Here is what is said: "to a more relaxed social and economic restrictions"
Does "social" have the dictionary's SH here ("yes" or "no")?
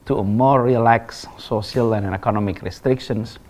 no